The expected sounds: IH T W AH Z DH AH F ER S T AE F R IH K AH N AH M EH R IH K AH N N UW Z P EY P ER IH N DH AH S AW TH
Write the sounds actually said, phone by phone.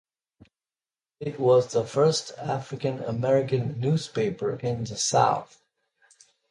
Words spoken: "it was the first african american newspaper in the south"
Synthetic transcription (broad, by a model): IH T W AH Z DH AH F ER S T AE F R IH K AH N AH M EH R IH K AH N N UW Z P EY P ER IH N DH AH S AW TH